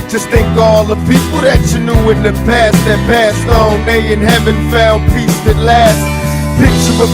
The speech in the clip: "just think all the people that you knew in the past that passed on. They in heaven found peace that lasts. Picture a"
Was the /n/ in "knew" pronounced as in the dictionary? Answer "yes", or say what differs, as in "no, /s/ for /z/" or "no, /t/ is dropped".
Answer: yes